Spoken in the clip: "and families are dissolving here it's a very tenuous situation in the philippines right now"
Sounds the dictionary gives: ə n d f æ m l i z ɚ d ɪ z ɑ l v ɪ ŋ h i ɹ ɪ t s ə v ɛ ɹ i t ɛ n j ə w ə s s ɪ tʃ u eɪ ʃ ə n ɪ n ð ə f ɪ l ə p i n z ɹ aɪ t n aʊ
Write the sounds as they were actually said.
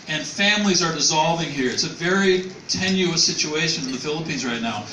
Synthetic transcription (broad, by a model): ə n f æ m l i z ɚ d ɪ z ɑ l v ɪ ŋ h i ɹ ɪ t s ə v ɛ ɹ i t ɛ n j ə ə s s ɪ tʃ u eɪ ʃ ə n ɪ n ð ə f ɪ l ə p i n z ɹ aɪ t n aʊ